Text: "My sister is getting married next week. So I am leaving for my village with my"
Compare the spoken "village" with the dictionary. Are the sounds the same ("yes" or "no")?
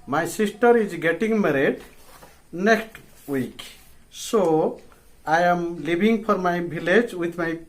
no